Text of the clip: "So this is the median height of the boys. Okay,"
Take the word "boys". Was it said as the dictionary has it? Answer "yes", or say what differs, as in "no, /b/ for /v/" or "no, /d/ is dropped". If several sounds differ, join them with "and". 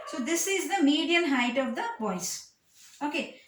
no, /s/ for /z/